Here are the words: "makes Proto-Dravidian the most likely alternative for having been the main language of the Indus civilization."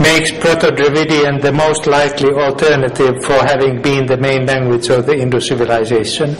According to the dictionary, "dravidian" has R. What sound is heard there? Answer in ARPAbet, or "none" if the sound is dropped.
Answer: R